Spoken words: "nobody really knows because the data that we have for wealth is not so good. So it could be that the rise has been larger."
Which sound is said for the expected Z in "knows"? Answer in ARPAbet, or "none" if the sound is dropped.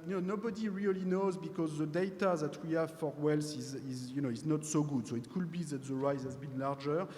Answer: Z